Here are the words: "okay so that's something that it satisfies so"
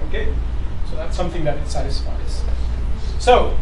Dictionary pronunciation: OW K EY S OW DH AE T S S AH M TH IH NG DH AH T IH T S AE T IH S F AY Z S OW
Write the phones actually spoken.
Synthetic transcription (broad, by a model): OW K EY S OW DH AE T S S AH M TH IH NG DH AH T IH T S AE T IH S F AY Z S OW